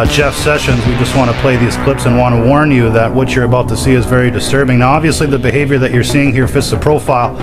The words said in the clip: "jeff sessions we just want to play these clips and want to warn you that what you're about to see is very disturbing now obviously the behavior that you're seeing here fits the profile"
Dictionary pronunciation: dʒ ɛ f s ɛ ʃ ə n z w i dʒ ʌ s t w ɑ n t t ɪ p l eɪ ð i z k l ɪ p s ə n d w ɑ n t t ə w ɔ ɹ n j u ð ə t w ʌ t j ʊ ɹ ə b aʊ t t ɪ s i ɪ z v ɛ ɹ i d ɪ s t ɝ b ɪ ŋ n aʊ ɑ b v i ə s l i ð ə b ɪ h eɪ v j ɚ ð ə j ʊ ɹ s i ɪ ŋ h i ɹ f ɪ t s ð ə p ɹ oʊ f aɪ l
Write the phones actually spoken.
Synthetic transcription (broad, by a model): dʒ ɛ f s ɛ ʃ ə n z w i dʒ ʌ s t w ɑ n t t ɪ p l eɪ ð i z k l ɪ p s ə n w ɑ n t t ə w ɔ ɹ n j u ð ə t w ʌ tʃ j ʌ ɹ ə b aʊ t t ɪ s i ɪ z v ɛ ɹ i d ɪ s t ɝ b ɪ ŋ n aʊ ɑ b v i ə s l i ð ə b ɪ h eɪ v j ɚ ð ə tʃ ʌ ɹ s i ɪ ŋ h i ɹ f ɪ t s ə p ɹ oʊ f aɪ l